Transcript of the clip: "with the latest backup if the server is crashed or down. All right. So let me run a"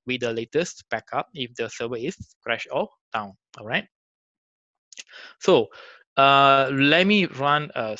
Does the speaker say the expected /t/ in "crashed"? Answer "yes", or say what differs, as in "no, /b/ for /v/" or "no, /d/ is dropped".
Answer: no, /t/ is dropped